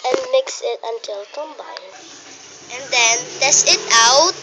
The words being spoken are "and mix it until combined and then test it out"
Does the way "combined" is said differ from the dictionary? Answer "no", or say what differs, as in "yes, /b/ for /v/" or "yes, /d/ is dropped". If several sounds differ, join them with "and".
yes, /d/ is dropped